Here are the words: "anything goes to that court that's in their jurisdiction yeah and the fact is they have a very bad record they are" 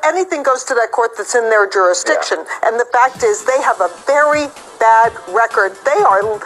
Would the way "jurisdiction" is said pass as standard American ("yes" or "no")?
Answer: yes